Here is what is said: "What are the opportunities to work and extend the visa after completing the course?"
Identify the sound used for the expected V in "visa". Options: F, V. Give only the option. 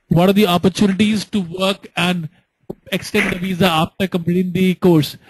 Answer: V